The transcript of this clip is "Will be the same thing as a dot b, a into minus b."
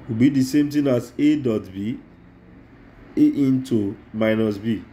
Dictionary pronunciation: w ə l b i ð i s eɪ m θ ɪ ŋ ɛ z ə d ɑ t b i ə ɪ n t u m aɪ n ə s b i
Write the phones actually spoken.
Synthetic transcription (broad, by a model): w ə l b i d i s eɪ m t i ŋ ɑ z ə d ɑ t b i ə ɪ n t u m aɪ n ə s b i